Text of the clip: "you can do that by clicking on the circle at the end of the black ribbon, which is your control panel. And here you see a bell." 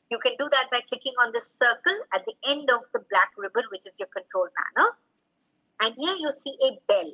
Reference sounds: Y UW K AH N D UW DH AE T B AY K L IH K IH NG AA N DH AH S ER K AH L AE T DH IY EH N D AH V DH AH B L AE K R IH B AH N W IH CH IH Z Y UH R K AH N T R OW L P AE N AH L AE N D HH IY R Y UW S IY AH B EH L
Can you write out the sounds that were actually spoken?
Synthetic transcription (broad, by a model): Y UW K AH N D UW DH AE T B AY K IH K IH NG AA N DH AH S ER K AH L AE T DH IY EH N D AH V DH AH B L AE K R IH B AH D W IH CH IH Z Y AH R K AH N T R OW L P AE N AH L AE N D HH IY R Y UW S IY AH B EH L